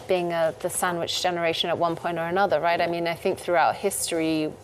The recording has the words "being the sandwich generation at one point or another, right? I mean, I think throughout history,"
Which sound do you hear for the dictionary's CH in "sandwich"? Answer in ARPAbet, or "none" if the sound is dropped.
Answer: CH